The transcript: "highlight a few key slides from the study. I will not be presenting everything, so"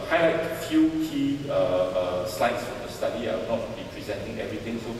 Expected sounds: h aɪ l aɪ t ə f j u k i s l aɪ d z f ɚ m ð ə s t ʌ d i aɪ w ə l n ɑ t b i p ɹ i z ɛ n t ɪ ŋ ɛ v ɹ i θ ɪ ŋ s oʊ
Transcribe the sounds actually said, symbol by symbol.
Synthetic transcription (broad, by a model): h aɪ l aɪ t f j u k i s l aɪ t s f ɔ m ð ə s t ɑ d i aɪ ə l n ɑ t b i p ɹ i z ɛ n t ɪ ŋ ɛ v ɹ i t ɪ ŋ s oʊ